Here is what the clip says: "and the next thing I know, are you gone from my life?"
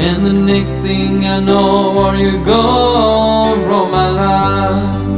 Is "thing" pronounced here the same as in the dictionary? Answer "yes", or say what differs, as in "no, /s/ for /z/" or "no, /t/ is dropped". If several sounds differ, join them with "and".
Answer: yes